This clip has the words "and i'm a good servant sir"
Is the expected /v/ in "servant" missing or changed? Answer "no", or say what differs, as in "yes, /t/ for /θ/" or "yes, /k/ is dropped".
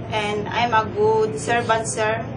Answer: yes, /b/ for /v/